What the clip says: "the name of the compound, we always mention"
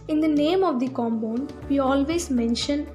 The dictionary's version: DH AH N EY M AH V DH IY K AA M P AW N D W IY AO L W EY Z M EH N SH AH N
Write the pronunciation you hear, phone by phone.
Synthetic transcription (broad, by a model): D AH N EY M AH V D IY K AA M B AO N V IY AO L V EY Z M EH N SH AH N